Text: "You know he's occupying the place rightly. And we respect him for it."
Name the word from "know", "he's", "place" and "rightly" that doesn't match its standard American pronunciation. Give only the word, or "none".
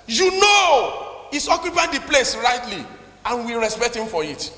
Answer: he's